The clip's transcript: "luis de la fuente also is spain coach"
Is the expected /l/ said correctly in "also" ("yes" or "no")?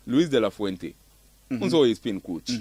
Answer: no